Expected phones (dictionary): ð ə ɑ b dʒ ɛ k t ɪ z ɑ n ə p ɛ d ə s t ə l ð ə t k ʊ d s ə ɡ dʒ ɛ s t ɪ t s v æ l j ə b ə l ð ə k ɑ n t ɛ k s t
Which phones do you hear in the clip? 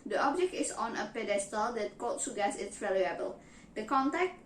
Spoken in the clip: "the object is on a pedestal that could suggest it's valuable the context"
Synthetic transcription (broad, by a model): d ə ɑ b dʒ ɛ k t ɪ s ɑ n ə p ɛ d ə s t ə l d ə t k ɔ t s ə ɡ ɑ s ɪ t s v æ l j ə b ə l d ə k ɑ n t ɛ k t